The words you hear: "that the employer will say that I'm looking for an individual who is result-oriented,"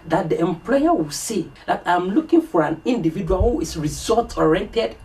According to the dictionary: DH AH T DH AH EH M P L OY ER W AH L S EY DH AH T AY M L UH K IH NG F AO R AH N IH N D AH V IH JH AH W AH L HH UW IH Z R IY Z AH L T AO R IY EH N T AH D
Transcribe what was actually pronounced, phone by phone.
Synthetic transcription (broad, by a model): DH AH T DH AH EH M P L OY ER W AH L S EY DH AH T AY M L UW K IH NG F AO R AH N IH N D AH V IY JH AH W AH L HH UW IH S R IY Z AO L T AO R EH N T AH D